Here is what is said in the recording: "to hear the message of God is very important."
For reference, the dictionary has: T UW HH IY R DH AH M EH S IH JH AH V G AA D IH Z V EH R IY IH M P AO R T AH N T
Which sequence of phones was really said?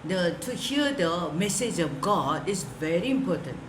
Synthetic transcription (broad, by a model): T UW HH IY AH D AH M EH S IH JH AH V G AA D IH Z V EH R IY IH M P AO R T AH N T